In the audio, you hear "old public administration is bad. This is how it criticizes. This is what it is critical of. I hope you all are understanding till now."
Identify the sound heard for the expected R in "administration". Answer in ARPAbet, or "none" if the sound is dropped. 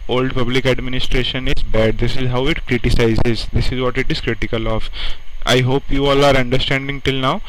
R